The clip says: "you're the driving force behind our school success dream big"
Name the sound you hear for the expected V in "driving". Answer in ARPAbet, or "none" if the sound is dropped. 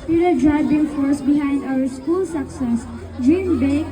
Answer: B